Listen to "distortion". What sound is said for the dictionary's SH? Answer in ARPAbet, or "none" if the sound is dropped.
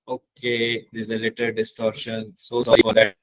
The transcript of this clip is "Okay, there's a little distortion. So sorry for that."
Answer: SH